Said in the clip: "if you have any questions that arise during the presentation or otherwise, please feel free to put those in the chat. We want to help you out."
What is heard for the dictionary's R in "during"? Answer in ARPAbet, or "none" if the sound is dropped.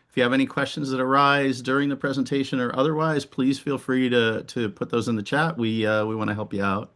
R